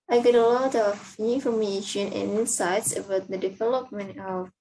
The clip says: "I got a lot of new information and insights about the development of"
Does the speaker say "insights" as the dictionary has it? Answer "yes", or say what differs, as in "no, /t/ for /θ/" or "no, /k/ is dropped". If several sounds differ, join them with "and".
no, /n/ is dropped